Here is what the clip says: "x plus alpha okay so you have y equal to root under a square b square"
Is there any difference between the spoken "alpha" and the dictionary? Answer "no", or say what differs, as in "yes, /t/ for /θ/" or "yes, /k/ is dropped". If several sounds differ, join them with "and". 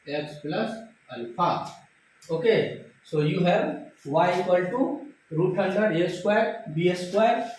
yes, /n/ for /l/